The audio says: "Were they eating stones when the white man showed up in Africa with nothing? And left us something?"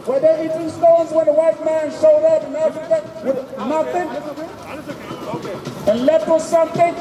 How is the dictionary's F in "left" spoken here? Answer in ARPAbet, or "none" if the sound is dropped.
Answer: none